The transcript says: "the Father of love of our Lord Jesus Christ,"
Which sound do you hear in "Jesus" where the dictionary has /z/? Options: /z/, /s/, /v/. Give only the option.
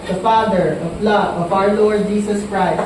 /s/